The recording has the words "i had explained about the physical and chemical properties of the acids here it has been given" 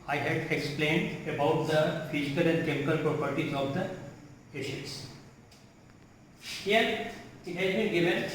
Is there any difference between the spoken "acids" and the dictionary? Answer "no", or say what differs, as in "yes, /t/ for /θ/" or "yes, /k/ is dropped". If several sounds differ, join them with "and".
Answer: yes, /ʃ/ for /s/